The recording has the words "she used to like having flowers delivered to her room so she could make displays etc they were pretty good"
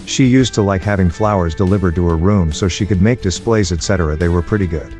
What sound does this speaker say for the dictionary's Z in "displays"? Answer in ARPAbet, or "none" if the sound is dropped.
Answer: Z